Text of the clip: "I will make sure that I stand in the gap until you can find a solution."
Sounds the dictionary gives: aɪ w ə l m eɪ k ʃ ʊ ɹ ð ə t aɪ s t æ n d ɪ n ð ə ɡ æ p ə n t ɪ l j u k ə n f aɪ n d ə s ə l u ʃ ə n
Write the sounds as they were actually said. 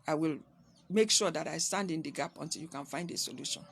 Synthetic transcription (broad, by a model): aɪ w ə l m eɪ k ʃ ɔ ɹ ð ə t aɪ s t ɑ n d ɪ n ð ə ɡ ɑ p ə n t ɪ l j u k ə n f aɪ n d ə s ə l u ʃ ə n